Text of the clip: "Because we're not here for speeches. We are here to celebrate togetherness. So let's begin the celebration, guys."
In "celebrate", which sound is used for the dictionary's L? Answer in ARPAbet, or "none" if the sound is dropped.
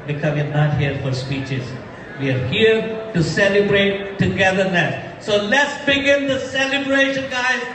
L